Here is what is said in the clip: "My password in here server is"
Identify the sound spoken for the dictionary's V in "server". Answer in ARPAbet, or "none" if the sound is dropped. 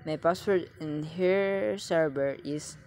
B